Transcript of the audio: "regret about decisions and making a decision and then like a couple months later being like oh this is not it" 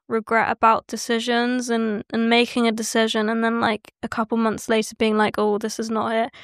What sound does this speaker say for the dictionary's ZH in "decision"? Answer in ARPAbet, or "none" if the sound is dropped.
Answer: ZH